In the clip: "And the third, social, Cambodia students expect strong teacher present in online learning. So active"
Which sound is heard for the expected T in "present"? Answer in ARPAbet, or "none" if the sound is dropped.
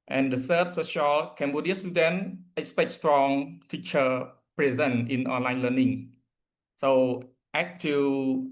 none